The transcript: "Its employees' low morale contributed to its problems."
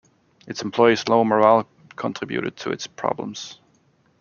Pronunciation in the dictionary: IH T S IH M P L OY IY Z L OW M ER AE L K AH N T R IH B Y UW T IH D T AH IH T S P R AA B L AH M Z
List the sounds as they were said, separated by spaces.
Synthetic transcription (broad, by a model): IH T S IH M P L OY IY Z L OW M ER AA L K AH N T R IH B Y UW T IH D T AH IH T S P R AA B L AH M Z